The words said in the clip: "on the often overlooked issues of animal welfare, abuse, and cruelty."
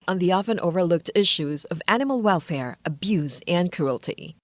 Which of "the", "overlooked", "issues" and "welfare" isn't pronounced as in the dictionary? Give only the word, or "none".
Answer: none